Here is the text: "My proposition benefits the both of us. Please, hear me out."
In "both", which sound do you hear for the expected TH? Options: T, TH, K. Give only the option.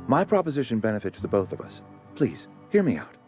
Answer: TH